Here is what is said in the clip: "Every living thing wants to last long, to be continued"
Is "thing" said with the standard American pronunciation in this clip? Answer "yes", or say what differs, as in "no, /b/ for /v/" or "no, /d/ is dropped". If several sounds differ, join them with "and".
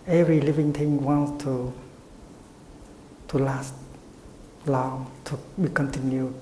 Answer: no, /t/ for /θ/